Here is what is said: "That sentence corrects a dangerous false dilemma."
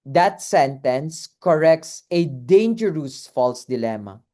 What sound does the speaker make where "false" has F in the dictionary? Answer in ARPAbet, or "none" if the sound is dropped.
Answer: F